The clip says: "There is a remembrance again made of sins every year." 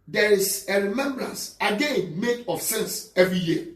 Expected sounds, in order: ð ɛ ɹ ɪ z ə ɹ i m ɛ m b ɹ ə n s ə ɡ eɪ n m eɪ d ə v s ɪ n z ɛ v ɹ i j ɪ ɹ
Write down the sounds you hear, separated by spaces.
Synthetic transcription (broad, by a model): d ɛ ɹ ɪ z ə ɹ i m ɛ m b ɹ ə n s ə ɡ eɪ n m eɪ d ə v s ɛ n s ɛ v ɹ i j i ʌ